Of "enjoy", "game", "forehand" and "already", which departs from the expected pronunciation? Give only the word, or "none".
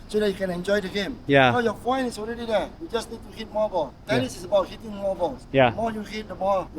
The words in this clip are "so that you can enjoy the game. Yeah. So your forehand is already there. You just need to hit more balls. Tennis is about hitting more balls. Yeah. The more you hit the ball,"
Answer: forehand